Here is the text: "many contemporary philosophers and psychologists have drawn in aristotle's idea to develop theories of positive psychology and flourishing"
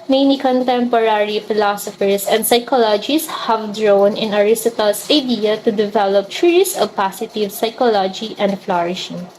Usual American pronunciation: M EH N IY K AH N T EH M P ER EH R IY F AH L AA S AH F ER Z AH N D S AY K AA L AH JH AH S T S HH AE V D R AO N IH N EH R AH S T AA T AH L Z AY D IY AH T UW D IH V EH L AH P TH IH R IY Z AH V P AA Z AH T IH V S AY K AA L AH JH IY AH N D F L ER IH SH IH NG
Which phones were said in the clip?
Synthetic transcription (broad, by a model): M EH N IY K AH N T EH M P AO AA R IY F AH L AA S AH F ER S AH N D S AY K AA L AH JH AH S S HH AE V D R AO N IH N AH R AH S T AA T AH L S AY D IY AH T UW D IH V EH L AH P S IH R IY S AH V P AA S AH T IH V S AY K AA L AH JH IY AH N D F L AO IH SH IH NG